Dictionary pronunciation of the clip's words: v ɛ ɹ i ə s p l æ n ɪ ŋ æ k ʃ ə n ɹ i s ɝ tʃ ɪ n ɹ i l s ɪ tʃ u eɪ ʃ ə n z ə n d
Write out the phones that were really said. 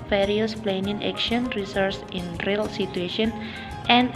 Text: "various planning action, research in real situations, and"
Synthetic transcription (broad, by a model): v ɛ ɹ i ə s p l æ n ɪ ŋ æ k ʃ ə n ɹ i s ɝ s ɪ n ɹ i l s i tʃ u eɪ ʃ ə n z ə n